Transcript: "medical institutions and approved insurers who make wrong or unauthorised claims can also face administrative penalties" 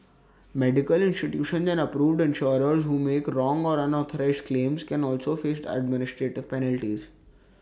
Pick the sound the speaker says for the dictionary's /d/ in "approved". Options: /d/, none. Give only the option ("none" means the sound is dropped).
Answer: /d/